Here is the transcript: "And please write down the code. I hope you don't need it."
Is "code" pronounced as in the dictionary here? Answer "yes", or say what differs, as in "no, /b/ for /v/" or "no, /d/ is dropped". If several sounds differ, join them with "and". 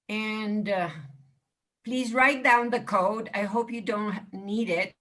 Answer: yes